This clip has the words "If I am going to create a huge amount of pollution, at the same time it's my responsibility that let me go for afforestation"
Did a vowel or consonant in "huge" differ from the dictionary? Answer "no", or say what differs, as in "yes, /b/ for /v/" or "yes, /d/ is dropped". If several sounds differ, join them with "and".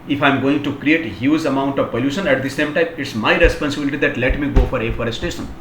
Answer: yes, /z/ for /dʒ/